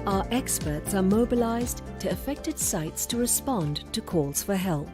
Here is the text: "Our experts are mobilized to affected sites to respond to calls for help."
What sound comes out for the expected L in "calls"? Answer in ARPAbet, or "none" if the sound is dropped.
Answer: L